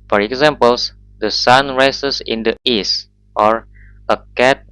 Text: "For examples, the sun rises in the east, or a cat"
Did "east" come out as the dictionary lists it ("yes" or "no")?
yes